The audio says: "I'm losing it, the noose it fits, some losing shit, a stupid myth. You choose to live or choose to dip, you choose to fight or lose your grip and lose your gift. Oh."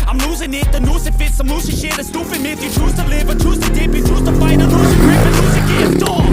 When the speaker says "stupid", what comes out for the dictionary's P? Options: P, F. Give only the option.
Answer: F